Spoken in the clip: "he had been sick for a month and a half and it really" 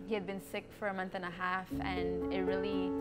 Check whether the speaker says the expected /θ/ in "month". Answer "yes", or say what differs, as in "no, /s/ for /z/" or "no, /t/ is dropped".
yes